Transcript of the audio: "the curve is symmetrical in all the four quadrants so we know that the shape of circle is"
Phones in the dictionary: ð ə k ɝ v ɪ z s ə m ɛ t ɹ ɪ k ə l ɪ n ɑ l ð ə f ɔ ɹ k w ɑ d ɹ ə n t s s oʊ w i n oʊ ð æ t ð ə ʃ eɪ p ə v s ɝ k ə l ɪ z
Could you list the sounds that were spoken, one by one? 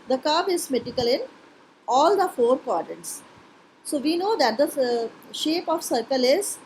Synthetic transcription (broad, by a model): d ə k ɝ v ɪ z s m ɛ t ɪ k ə l ɪ n ɑ l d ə f ɔ ɹ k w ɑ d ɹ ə n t s s oʊ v i n oʊ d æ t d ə ʃ eɪ p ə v s ɝ k ə l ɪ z